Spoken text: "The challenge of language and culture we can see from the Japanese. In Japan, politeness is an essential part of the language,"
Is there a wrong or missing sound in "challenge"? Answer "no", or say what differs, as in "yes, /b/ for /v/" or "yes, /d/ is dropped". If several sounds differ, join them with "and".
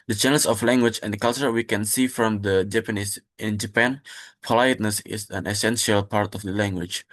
yes, /n/ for /l/